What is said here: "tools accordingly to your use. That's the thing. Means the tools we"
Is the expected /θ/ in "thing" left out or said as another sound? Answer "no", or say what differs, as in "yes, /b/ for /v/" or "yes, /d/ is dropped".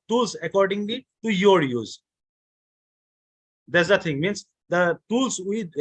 yes, /t/ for /θ/